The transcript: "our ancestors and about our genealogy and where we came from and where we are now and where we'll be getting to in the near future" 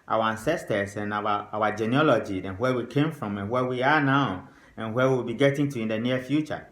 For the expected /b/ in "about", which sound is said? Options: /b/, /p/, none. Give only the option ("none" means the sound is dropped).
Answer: none